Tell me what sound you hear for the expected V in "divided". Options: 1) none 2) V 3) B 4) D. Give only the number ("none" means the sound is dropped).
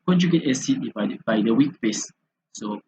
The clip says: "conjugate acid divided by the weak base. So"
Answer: 3